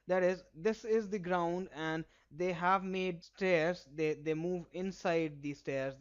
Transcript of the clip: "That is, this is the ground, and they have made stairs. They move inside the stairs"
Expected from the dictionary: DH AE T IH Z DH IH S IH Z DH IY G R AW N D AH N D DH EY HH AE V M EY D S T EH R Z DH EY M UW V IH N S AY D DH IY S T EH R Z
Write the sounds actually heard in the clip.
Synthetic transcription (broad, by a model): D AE T IH Z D IH S IH Z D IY G R AW N D AH N D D EY HH AE V M EY D S T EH R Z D EY M UW V IH N S AY D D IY S T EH R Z